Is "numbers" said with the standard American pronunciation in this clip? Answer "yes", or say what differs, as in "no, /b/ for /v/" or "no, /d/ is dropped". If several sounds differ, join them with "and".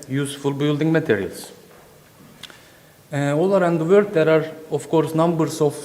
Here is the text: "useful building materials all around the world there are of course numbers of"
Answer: no, /s/ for /z/